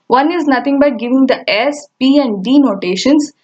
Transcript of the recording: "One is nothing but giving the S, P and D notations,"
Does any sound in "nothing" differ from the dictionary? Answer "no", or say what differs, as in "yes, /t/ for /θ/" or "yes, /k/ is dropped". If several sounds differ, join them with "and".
yes, /t/ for /θ/